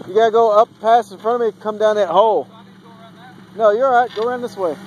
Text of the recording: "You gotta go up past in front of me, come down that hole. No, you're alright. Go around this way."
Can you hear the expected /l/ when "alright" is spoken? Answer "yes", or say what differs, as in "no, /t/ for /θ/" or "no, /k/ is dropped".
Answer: no, /l/ is dropped